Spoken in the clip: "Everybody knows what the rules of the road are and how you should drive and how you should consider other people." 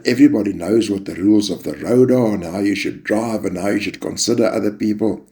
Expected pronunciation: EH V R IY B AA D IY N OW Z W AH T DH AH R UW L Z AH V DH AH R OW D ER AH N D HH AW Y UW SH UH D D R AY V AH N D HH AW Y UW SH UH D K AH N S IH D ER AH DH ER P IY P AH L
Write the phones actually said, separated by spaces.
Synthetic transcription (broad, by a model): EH V R IY B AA D IY N OW Z W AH T DH AH R UW L Z AH V DH AH R OW D ER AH N HH AW Y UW SH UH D D R AY V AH N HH AW Y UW SH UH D K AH N S IH D ER AH DH ER P IY P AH L